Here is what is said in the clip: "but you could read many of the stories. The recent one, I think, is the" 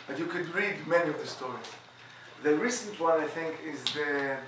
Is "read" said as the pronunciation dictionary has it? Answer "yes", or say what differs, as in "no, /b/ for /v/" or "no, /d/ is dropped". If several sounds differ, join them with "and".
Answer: yes